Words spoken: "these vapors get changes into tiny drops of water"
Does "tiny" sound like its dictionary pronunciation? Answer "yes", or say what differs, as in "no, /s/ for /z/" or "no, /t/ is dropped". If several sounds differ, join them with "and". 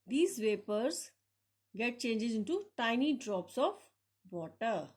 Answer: yes